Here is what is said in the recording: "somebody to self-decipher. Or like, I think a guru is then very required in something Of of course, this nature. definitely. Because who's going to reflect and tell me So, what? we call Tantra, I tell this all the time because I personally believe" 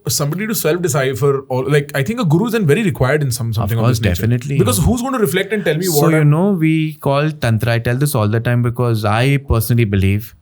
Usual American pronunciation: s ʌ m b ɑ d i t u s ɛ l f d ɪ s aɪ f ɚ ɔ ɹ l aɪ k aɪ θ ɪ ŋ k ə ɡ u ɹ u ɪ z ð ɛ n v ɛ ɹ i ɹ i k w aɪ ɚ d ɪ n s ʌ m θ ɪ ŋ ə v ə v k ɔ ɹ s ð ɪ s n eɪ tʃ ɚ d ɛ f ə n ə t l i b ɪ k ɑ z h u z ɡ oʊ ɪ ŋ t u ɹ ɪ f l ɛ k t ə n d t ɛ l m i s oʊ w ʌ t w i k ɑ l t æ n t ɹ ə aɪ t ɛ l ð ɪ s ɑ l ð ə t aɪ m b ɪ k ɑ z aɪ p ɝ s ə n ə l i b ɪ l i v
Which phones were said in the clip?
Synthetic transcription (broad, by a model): s ʌ m b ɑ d i t u s ɛ l f d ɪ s aɪ f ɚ ɔ l l aɪ k aɪ t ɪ ŋ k ə ɡ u ɹ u ɪ z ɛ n v ɛ ɹ i ɹ i k w aɪ ɚ d ɪ n s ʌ m s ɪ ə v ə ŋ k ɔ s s d ɛ f ə n ə t l i b ɪ k ɑ z h u z ɡ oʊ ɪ t u ɹ ɪ f l ɛ k t ə n d t ɛ l m i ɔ oʊ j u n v i k ɑ l t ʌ n t ɹ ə aɪ t ɛ l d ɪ s ɑ l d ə t aɪ m b ɪ k ɑ z aɪ p ɝ s ə n ə l i b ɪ l i v